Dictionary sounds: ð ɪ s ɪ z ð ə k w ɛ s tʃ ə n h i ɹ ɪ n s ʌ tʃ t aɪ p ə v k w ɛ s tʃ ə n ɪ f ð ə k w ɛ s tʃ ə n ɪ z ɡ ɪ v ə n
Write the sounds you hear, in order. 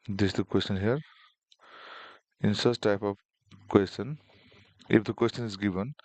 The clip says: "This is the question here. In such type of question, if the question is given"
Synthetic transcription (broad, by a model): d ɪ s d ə k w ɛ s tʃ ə n h i ɹ ɪ n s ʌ s t aɪ p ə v k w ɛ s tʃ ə n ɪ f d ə k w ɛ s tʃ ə n ɪ z ɡ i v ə n